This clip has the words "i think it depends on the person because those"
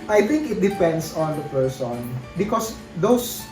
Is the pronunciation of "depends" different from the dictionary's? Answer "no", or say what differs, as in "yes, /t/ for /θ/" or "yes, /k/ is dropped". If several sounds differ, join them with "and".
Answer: yes, /s/ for /z/